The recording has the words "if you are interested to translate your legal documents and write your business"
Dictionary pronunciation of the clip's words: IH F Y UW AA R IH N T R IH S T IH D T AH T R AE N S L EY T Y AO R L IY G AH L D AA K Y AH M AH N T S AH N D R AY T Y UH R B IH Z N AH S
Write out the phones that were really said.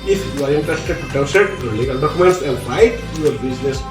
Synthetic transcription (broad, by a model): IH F Y UW AA R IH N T R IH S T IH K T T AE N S EY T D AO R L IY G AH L D AA K Y AH M AH N T S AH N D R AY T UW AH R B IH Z N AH S